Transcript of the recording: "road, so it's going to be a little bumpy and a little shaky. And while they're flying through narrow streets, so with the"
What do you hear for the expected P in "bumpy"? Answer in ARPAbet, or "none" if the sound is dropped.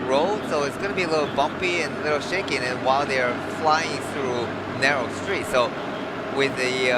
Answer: P